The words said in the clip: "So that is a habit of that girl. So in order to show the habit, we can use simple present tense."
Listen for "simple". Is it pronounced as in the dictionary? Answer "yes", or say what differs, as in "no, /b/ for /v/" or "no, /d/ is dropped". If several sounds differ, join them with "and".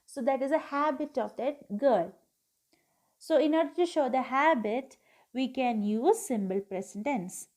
no, /b/ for /p/